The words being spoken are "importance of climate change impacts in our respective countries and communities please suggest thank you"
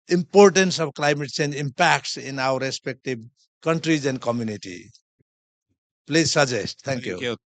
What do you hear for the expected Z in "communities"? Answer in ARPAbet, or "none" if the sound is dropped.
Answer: none